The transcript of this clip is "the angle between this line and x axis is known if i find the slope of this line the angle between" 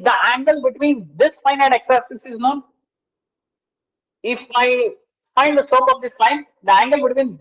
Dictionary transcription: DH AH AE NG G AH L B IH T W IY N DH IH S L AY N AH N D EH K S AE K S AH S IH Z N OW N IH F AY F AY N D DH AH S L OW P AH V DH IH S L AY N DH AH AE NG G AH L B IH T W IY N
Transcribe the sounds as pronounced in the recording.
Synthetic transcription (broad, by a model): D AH AE NG G AH L B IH T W IY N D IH S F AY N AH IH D EH K S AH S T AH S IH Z N OW N IH F AY F AY N D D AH S OW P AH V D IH S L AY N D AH AE NG G AH L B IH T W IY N